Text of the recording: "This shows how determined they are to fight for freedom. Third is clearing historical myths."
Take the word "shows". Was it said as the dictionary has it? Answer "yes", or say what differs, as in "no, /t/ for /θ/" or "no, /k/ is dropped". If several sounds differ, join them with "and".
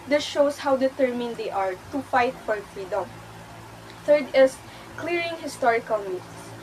no, /s/ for /z/